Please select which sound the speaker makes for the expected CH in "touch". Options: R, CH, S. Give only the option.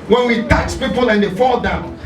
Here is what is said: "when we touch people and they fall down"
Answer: S